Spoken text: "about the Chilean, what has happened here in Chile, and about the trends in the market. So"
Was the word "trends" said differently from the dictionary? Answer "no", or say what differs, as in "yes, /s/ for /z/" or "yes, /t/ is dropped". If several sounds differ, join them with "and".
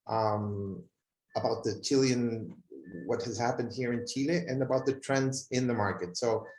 no